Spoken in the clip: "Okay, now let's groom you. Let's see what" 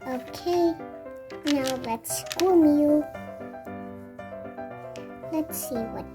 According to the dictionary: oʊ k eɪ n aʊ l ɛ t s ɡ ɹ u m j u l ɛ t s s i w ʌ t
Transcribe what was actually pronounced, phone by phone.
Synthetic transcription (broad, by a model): oʊ k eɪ n aʊ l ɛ t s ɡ u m j u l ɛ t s s i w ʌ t